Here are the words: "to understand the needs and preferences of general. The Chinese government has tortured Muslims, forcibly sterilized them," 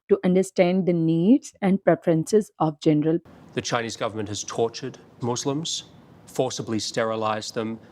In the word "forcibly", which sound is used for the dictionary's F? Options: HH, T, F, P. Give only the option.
F